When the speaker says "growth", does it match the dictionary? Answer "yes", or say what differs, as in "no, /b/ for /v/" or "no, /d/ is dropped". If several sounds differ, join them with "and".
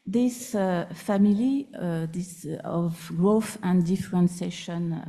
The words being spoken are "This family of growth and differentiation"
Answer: yes